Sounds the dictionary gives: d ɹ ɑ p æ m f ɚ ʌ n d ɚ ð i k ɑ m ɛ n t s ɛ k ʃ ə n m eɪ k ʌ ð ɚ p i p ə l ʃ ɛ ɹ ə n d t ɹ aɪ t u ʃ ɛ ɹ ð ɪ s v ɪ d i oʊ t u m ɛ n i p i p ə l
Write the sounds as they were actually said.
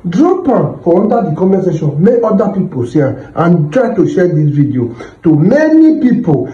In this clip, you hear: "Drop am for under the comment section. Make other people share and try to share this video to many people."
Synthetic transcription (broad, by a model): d ɹ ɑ p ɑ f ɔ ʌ n d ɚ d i k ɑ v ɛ s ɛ ʃ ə n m eɪ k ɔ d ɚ p i p ə l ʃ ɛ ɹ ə n t ɹ aɪ t u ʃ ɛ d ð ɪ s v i d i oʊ t u m ɛ n i p i p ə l